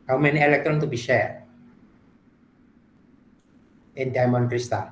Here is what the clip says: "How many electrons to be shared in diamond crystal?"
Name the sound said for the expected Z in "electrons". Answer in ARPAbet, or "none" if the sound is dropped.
none